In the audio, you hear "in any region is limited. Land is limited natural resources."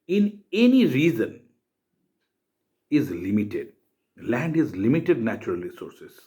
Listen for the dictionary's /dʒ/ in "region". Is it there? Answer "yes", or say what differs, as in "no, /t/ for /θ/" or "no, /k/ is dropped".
no, /z/ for /dʒ/